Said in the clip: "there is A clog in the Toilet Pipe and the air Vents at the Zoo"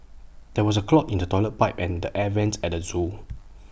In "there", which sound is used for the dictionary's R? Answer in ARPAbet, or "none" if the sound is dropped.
W